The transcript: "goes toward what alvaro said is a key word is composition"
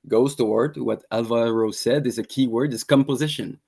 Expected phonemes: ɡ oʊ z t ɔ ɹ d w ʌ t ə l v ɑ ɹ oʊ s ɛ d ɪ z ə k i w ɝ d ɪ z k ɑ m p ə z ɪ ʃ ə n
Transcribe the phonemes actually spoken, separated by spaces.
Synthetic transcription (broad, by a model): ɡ oʊ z t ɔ ɹ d w ʌ t ə l v ɑ ɹ oʊ s ɛ d ɪ z ə k i w ɝ d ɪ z k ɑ m p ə z ɪ ʃ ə n